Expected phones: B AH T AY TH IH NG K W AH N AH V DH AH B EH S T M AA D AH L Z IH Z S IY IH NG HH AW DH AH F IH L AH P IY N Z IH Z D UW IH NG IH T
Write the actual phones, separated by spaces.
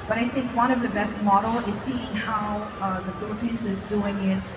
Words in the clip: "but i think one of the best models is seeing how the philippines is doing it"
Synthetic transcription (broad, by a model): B AH T AY TH IH NG K W AH N AH V DH AH B EH S T M AA D L IH Z S IY IH NG HH AW DH AH F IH L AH P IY N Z IH Z D UW IH NG IH T